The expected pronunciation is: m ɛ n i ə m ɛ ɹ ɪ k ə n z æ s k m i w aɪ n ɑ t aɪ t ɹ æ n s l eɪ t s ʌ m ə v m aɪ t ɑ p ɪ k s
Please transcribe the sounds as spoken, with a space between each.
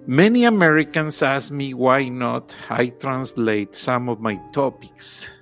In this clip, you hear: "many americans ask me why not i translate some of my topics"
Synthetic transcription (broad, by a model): m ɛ n i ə m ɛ ɹ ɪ k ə n s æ s m i w aɪ n ɑ t aɪ t ɹ æ n s l eɪ t s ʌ m ə v m aɪ t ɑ p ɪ k s